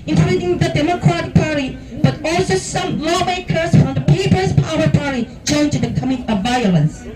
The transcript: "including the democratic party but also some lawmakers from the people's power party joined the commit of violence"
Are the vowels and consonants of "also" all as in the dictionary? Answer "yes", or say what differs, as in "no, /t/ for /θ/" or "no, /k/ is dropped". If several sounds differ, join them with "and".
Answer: yes